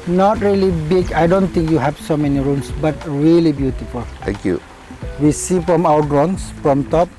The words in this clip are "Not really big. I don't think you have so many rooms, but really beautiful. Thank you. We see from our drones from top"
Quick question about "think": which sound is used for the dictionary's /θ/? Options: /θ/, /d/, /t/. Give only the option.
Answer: /t/